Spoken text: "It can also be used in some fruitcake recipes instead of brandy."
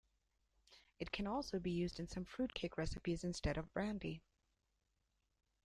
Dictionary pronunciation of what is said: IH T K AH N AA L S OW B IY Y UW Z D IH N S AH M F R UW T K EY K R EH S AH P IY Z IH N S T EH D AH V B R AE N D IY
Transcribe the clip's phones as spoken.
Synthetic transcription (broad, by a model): IH T K AH N AA L S OW B IY Y UW Z D IH N S AH M F R UW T K EY K R EH S AH P IY Z IH N S T EH D AH V B R AE N D IY